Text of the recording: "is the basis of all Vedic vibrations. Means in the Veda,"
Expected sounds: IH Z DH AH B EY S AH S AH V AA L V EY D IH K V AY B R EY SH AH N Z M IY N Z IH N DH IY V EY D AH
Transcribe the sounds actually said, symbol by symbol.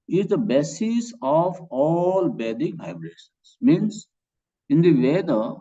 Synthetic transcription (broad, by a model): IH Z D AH B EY S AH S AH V AA L B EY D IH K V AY B R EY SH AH N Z M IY N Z IH N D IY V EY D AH